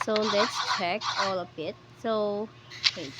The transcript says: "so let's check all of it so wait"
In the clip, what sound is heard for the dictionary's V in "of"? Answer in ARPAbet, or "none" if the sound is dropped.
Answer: B